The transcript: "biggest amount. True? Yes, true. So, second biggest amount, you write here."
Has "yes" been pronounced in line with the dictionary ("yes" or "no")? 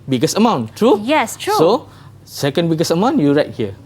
yes